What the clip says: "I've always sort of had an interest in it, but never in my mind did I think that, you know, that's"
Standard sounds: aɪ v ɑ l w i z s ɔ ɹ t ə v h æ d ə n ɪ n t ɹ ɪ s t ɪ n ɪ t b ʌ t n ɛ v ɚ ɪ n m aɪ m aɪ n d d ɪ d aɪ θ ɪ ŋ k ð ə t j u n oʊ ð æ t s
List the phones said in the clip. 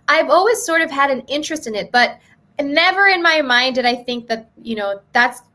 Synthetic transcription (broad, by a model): aɪ v ɑ l w i z s ɔ ɹ t ə v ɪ d ə n ɪ n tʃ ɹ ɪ s t ɪ n ɪ t b ʌ t n ɛ v ɚ ɪ n m aɪ m aɪ n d d ɪ d aɪ θ ɪ ŋ k ð ə t j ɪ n oʊ ð æ t s